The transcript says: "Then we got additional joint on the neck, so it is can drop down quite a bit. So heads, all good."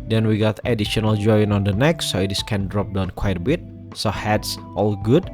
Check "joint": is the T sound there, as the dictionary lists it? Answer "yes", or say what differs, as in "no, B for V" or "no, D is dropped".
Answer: no, T is dropped